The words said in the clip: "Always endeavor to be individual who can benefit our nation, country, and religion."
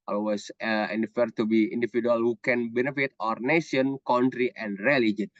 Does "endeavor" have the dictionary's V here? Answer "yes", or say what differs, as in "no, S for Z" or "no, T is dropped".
no, F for V